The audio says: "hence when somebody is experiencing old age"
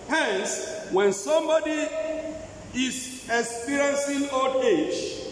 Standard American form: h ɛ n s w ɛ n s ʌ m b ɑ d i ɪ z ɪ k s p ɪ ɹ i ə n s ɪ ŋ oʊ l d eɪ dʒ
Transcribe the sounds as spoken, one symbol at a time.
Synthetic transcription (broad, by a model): h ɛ n s w ɛ n s ʌ m b ɑ d i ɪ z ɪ k s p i ɹ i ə n s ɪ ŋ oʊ d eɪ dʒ